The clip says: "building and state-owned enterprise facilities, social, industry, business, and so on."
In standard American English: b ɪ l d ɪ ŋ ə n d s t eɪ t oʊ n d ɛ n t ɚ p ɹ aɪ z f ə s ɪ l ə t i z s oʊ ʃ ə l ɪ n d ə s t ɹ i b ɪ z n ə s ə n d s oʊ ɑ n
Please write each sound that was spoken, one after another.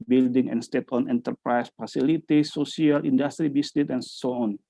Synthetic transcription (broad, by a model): b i l d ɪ ŋ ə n s t eɪ t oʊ n ɛ n t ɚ p ɹ aɪ s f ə s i l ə t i s oʊ s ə l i n d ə s t ɹ i b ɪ s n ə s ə n s oʊ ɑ n